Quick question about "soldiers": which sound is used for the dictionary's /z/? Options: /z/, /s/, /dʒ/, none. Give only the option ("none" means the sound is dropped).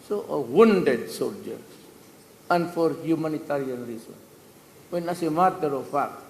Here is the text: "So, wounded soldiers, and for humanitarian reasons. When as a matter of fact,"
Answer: none